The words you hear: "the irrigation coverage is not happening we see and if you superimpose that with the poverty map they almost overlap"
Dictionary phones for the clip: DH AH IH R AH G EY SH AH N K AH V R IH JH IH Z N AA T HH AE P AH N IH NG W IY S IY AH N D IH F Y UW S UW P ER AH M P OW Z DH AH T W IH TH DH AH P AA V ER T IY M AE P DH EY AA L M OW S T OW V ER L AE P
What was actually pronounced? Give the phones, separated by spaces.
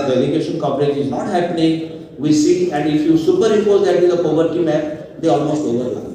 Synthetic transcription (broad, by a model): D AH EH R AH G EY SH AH N K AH P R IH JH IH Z N AA T HH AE P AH N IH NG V IY S IY AH N D IH F Y UW S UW P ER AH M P OW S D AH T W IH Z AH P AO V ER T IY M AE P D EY AA L M OW S T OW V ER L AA